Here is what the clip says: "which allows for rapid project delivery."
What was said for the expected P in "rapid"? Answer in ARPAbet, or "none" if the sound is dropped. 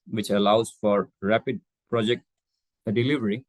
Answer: P